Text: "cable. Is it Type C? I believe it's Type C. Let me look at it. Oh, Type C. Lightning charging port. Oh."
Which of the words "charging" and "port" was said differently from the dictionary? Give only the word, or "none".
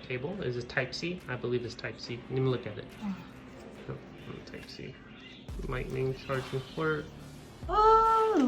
port